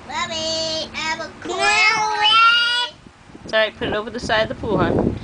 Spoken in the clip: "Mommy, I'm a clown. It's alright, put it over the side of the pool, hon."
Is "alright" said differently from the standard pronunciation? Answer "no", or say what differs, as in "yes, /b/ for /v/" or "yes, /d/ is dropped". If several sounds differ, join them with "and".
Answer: yes, /l/ is dropped